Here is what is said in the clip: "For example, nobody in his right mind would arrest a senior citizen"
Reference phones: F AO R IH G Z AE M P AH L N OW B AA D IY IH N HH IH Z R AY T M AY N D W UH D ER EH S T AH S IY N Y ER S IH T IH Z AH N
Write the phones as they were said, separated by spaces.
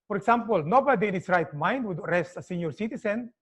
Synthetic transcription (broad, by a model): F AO R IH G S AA M P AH L N OW B AA D IY IH N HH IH S R AY T M AY N D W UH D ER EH S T AH S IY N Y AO S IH T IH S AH N